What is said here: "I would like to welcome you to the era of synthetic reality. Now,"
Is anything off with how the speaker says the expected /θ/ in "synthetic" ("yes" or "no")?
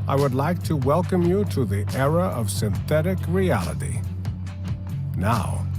no